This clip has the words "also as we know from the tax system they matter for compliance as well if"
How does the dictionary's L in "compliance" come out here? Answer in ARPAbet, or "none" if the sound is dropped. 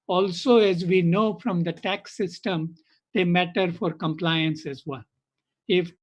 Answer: L